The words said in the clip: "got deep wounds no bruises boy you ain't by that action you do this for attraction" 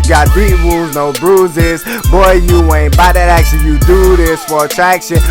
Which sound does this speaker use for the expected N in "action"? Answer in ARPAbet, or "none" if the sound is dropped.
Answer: L